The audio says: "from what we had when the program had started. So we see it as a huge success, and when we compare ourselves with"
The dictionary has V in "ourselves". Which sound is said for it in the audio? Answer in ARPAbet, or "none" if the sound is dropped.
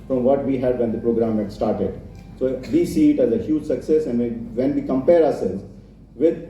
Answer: none